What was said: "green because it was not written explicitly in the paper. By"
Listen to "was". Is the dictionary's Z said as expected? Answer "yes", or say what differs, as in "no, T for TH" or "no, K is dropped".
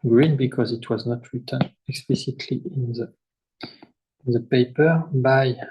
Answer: yes